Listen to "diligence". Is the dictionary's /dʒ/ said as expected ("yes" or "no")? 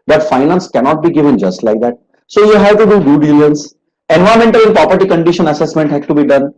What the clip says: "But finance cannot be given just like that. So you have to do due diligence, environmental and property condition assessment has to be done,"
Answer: no